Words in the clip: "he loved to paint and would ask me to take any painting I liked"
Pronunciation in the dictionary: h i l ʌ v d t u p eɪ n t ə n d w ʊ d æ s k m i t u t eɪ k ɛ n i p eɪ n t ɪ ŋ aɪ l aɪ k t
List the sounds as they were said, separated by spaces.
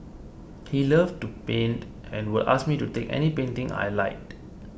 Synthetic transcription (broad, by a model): h i l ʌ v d t u p eɪ n t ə n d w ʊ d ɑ s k m i t u t eɪ k ɛ n i p eɪ n t ɪ ŋ aɪ l aɪ t